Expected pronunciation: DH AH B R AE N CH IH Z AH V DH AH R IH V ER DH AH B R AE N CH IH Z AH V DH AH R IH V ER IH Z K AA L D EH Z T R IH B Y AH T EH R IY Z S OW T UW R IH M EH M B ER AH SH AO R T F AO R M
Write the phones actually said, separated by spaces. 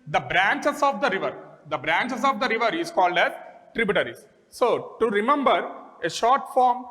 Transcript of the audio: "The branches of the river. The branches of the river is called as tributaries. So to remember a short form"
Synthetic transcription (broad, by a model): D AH B R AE N CH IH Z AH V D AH R IH V ER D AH B R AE N CH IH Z AH V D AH R IH V ER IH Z K AA L D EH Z T R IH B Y T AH R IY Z S OW T UW R IH M EH M B ER AH SH AO R T F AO R M